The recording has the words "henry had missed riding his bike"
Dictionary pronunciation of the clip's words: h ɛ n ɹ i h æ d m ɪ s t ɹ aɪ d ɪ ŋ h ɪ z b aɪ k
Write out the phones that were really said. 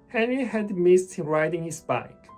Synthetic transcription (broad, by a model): h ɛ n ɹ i h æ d m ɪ s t ɹ aɪ d ɪ ŋ h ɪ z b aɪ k